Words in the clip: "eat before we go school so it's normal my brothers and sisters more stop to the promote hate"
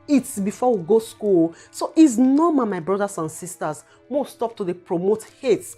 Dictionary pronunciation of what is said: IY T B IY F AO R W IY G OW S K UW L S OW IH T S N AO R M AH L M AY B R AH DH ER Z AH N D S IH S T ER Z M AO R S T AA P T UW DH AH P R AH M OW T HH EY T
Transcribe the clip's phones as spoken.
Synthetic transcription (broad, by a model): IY T B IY F AO W IY G OW S K UW L S OW T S N AO M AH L M AY B R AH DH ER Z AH N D S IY S T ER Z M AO W S T AA P T UW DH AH P R AH M OW T HH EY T